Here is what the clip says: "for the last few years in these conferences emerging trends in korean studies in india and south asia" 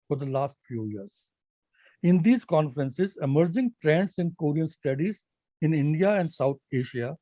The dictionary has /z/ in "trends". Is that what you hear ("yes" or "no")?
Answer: no